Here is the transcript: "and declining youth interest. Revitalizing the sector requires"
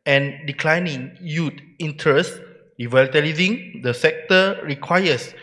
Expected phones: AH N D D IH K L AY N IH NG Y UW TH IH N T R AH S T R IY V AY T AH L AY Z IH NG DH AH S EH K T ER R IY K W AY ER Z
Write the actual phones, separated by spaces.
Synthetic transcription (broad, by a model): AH N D D IH K L AY N IH NG Y UW T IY N T R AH S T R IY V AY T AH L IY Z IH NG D AH S EH K T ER R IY K W AY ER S